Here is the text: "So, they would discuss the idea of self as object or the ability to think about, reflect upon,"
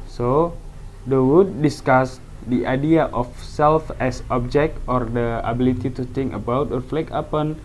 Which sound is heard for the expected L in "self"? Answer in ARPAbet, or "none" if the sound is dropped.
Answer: L